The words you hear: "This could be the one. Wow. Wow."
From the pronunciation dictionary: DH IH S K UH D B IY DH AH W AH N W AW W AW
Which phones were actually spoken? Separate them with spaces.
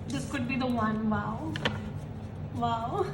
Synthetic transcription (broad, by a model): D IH S K UH D B IY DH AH W AH N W AW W AW